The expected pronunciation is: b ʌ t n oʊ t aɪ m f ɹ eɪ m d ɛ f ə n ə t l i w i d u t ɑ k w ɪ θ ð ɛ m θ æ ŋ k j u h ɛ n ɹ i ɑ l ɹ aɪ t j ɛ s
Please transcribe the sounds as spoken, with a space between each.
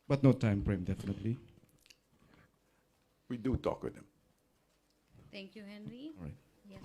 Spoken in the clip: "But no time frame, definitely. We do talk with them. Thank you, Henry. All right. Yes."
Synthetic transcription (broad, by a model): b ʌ t n oʊ t aɪ m p ɹ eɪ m d ɛ f ə n ə t l i w i d u t ɑ k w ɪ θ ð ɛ m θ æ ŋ k j u h ɛ n ɹ i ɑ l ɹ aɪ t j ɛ